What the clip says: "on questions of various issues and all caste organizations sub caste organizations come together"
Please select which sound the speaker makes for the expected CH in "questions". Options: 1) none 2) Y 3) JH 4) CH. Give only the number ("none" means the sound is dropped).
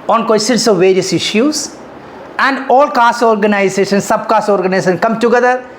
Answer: 1